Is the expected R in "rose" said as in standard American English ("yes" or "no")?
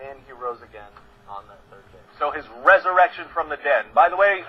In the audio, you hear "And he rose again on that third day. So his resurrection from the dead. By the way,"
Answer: yes